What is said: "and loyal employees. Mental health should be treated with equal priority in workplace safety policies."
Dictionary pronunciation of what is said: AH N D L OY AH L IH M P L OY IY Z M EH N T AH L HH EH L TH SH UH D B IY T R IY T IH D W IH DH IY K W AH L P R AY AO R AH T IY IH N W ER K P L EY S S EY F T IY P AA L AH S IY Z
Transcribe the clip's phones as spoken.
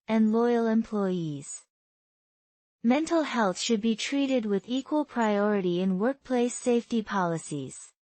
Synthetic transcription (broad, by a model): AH N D L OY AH L IH M P L OY IY Z M EH N T L HH EH L TH SH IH D B IY T R IY T IH D W IH DH IY K W AH L P R AY AO R AH T IY IH N W ER K P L EY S S EY F T IY P AA L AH S IY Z